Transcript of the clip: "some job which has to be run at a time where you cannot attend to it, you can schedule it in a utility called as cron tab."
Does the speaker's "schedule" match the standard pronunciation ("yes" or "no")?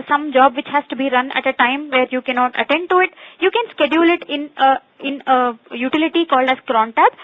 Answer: yes